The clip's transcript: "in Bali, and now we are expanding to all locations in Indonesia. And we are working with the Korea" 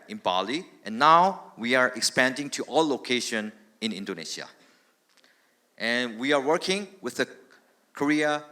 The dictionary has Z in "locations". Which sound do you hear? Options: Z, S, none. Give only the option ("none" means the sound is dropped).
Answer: none